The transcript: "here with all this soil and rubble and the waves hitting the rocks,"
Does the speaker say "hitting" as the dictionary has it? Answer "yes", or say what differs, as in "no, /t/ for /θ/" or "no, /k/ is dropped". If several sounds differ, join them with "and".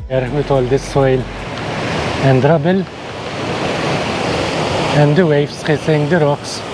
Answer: no, /s/ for /t/